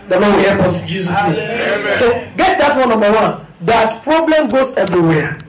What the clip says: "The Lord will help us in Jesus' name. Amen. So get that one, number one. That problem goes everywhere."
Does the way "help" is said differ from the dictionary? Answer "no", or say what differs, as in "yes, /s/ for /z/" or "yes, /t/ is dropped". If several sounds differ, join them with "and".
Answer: yes, /l/ is dropped